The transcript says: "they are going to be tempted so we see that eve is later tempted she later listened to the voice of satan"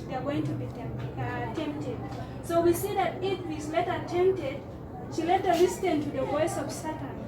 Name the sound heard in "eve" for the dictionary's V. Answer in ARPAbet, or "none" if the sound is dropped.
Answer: W